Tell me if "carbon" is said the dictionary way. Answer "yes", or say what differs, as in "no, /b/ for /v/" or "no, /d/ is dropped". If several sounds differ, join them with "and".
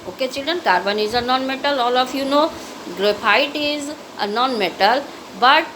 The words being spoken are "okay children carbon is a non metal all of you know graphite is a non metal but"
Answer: yes